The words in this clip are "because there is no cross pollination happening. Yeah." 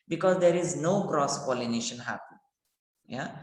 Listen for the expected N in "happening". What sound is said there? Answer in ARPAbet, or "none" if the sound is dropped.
none